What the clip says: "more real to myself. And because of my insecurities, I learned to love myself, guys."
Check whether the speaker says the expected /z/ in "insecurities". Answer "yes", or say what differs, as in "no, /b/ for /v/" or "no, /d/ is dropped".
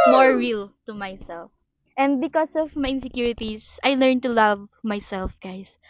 no, /s/ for /z/